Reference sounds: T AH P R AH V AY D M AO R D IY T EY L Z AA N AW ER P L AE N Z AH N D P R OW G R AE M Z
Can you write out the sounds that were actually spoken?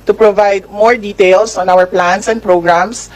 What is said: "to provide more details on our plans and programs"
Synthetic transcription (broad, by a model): T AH P R AH V AY D M AO R D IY T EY L S AA N AW ER P L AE N S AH N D P R OW G R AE M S